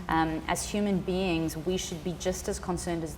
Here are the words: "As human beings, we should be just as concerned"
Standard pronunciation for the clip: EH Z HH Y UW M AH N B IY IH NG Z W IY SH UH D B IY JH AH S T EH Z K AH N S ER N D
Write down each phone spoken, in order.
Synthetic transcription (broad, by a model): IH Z HH Y UW M AH N B IY IH NG Z W IY SH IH D B IY JH AH S T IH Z K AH N S ER N D